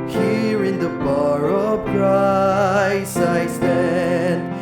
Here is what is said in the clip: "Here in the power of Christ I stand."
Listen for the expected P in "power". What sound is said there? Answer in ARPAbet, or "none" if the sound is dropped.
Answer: B